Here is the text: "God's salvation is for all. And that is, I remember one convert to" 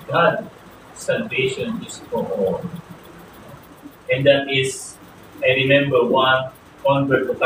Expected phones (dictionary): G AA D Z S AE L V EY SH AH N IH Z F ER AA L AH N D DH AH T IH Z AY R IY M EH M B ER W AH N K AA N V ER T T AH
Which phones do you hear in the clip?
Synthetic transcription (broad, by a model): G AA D S AE L V EY SH AH N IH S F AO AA N AH N D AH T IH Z AY R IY M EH M B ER W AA N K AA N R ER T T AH